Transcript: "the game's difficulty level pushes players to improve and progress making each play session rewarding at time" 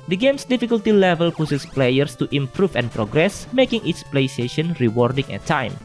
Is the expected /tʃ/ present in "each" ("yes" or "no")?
no